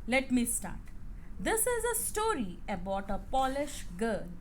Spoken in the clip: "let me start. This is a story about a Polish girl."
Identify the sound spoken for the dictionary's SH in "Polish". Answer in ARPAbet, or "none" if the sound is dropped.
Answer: SH